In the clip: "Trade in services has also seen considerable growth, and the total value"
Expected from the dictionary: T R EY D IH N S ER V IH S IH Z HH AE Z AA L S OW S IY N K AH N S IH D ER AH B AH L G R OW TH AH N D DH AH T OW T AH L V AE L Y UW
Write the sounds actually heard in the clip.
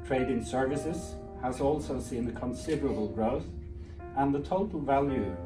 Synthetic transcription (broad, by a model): T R EY D IH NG S ER V IH S IH Z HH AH Z AA L S OW S IY N K AH N S IH D ER AH B AH L G R OW TH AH N DH AH T OW T AH L V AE L Y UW